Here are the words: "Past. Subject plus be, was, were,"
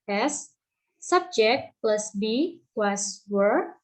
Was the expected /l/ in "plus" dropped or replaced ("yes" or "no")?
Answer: no